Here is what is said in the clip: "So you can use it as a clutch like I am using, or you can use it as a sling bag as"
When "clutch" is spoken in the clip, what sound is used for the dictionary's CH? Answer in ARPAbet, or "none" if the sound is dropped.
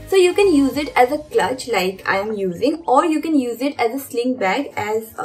CH